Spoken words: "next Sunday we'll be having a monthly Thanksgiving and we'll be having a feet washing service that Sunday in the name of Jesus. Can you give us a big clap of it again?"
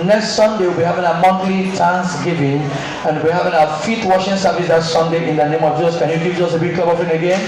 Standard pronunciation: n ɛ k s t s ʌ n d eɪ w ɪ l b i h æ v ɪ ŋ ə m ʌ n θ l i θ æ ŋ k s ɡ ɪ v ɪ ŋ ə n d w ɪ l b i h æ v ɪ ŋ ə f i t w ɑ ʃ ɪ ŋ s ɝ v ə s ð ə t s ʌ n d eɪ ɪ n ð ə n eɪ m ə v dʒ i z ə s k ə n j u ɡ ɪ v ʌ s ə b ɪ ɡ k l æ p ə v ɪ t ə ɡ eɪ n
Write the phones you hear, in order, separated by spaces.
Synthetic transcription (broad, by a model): n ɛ k s t s ʌ n d eɪ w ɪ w b i h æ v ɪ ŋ ə m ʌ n t l i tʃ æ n s ɡ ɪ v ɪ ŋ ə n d w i h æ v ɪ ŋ ə f i t w ɑ ʃ ɪ ŋ s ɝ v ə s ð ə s s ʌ n d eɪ ɪ n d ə n eɪ m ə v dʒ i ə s k ə n j u ɡ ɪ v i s ə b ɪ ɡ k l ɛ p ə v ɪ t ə ɡ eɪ n